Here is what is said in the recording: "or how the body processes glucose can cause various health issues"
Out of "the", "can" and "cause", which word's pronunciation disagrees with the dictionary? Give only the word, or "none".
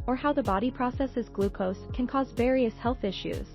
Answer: none